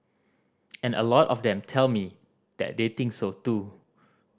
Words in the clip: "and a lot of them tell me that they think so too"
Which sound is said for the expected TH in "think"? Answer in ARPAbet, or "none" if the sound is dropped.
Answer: T